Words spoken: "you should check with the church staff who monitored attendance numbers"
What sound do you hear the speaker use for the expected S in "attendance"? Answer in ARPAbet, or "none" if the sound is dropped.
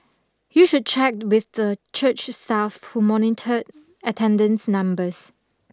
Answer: S